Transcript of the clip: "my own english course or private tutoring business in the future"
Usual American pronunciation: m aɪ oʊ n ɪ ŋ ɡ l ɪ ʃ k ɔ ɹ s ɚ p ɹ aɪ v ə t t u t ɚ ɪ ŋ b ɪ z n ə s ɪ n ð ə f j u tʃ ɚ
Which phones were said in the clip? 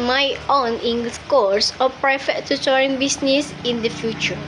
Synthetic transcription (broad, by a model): m aɪ oʊ n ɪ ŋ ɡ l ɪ s k ɔ ɹ s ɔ p ɹ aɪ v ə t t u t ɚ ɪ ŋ b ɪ s n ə s ɪ n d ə f j u tʃ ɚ